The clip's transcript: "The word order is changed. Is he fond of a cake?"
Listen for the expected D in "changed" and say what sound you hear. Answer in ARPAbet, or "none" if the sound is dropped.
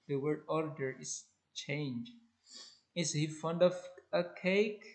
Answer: none